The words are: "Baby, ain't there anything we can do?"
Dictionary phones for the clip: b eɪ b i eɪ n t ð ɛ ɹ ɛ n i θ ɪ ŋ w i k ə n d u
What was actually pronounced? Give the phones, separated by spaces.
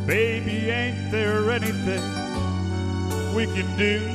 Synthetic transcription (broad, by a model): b eɪ b i eɪ n t ð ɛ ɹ ɛ n i θ ɪ ŋ w i k ə n d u